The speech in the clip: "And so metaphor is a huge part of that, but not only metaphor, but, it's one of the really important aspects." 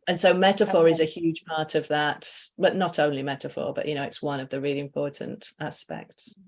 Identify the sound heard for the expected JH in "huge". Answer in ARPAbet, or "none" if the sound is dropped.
ZH